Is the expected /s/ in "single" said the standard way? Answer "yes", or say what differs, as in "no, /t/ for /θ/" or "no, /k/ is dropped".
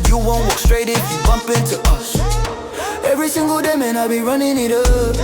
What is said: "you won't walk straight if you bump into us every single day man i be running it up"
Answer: yes